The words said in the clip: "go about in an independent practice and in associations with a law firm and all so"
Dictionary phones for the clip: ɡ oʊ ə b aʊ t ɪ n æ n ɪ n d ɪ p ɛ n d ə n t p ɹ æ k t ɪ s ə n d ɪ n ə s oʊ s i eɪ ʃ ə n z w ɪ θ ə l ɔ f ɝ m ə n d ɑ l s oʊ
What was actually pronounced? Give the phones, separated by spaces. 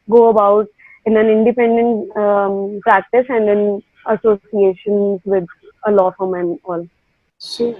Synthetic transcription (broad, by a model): ɡ oʊ ə b aʊ t ɪ n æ n ɪ n d ɪ p ɛ n d ə n t p ɹ æ k t ɪ s ə n d ɪ n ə s oʊ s i eɪ ʃ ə n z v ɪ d ə l ɔ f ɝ m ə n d ɑ l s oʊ